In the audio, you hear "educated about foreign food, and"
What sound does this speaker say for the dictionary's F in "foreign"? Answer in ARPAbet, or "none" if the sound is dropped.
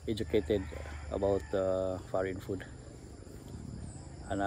F